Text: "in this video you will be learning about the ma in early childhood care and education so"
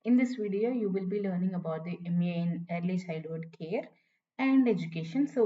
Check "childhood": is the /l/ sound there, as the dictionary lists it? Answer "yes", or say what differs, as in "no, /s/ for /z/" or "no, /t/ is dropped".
no, /l/ is dropped